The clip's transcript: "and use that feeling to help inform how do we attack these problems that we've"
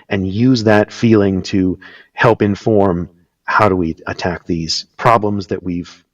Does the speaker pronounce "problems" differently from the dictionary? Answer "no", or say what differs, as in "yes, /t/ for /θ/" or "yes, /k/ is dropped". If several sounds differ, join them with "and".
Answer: no